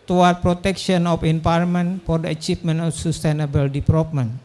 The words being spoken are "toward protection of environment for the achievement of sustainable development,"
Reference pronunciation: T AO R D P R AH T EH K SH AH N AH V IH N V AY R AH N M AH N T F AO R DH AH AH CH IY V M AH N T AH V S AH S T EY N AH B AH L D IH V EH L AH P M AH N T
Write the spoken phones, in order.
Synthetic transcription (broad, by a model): T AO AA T P R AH T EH K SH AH N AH F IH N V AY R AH M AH N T F AO R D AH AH CH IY P M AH N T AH F S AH S T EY N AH B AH L D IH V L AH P M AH N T